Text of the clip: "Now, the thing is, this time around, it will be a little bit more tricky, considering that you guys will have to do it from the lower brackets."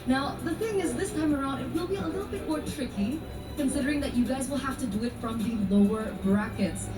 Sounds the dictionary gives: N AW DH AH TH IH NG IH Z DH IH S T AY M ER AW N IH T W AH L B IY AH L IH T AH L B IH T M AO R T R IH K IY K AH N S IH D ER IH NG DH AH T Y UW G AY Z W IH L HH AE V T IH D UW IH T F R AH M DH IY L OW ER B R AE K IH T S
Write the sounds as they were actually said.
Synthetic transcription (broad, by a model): N AW DH AH TH IH NG IH Z DH IH S T AY M ER AW N IH T W AH L B IY AH L IH T L B IH T M AO R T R IH K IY K AH N S IH D ER IH NG DH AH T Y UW G AY Z W IH L HH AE F T IH D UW IH T F R AH M DH IY L OW ER B R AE K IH T S